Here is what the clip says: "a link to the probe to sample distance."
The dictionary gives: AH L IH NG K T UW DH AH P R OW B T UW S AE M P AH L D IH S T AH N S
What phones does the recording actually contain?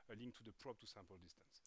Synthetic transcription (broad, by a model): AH L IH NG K T UW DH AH P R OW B T UW S AE M P AH L D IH S T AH N S